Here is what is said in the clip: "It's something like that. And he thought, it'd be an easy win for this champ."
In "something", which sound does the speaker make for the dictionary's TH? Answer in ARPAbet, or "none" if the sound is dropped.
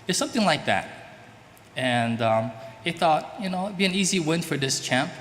TH